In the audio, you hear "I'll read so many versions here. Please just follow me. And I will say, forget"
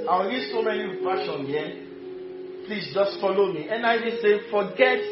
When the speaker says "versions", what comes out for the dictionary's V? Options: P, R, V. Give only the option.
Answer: P